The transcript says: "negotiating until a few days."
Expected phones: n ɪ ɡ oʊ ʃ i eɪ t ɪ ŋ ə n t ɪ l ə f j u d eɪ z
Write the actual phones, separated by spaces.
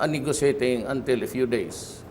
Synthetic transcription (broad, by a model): n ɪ ɡ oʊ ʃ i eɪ t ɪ ŋ ə n t ɪ l ə f j u d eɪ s